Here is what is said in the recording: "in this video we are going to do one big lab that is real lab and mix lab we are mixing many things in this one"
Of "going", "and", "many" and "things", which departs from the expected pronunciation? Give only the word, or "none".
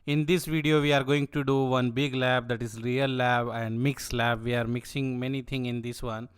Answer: things